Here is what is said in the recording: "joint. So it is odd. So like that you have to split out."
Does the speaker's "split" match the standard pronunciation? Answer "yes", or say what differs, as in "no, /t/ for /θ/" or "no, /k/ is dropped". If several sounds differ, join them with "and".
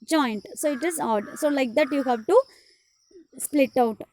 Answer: yes